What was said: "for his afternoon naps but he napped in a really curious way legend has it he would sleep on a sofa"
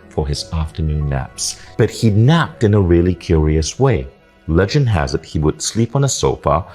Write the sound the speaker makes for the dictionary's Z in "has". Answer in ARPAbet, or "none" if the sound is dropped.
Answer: Z